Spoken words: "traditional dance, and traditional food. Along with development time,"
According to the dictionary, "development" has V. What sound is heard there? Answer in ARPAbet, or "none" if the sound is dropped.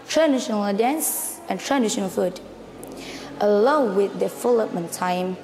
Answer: F